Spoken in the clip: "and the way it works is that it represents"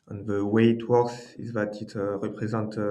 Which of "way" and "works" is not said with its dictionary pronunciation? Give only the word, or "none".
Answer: works